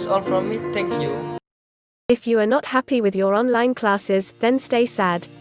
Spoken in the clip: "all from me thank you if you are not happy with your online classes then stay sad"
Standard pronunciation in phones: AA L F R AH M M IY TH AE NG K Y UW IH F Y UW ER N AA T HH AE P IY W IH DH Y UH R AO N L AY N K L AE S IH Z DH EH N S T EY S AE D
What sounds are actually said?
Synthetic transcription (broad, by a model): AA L F R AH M M IY T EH K Y UW IH F Y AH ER N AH T HH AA P IY W IH DH Y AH R AO N L AY N K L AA S IH Z DH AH N S T EY S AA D